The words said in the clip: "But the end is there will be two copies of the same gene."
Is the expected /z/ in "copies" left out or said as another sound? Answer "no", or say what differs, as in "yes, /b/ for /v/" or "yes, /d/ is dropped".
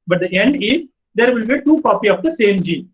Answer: yes, /z/ is dropped